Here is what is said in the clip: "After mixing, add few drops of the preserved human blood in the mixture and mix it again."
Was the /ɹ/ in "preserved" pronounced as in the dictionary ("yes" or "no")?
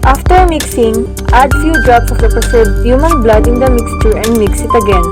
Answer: no